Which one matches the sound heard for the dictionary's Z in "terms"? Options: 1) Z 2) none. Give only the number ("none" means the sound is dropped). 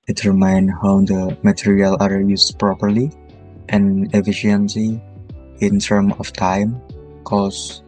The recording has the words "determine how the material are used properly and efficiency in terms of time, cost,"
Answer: 2